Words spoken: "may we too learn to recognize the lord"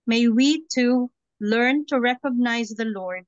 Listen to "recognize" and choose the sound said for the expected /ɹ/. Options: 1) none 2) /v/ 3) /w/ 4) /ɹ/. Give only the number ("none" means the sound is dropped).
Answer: 4